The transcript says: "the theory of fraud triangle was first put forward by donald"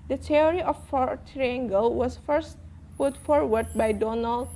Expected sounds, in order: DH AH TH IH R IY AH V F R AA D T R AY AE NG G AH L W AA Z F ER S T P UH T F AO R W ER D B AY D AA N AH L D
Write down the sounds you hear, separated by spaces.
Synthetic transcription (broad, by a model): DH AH T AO R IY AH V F AA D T R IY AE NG G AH L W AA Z F ER S T P UH T F AO R W ER D B AY D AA N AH L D